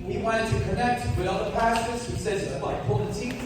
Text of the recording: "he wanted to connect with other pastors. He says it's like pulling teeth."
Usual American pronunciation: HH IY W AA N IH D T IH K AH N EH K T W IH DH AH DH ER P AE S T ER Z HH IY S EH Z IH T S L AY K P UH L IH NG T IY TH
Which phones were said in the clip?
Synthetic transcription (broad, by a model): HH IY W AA IH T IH K AH N EH K T W IH DH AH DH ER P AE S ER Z HH IY S EH Z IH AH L AY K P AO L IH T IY